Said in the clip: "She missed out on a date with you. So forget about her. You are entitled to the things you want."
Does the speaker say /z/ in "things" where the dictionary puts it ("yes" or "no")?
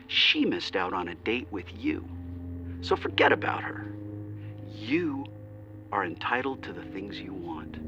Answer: yes